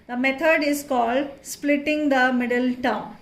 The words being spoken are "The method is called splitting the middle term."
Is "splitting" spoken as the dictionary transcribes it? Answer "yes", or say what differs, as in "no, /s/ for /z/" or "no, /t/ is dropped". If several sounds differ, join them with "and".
yes